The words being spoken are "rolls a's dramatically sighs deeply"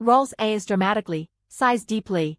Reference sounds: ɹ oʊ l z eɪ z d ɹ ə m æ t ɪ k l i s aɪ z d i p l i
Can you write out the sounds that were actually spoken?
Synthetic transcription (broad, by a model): ɹ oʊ l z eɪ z d ɹ ə m æ t ɪ k l i s aɪ z d i p l i